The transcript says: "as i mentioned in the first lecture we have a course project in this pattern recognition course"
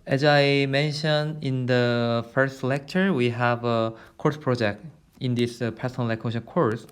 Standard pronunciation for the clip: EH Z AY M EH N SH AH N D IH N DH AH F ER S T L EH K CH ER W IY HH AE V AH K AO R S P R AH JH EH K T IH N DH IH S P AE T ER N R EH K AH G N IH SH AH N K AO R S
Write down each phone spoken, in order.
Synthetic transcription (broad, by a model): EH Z AY M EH N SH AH N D IH N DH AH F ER S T L EH K CH ER W IY HH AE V AH K AO R S P R AH JH EH K T IH N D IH S P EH S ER N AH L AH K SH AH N K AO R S